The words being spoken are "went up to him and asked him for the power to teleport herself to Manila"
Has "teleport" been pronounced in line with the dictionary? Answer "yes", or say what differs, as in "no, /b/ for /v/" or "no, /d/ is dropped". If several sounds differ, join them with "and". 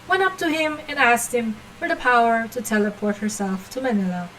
yes